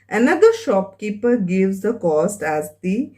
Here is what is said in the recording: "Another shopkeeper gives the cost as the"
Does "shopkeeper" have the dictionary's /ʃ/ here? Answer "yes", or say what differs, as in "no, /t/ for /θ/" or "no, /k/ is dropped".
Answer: yes